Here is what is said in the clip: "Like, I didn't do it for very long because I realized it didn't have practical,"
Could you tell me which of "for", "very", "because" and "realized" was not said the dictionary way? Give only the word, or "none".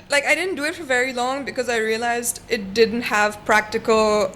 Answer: none